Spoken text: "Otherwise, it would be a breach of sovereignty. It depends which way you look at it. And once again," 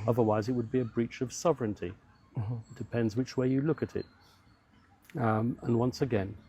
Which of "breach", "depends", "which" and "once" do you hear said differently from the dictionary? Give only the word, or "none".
none